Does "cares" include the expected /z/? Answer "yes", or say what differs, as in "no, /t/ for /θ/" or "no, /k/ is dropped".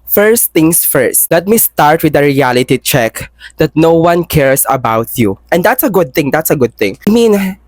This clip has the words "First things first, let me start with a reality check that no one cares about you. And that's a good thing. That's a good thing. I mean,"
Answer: no, /s/ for /z/